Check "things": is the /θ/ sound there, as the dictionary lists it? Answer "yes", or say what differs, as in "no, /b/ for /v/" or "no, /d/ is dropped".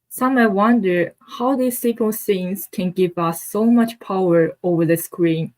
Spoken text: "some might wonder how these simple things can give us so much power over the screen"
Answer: no, /s/ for /θ/